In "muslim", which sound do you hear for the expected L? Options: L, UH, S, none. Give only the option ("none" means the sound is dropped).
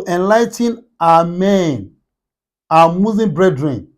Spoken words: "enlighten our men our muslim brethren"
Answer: none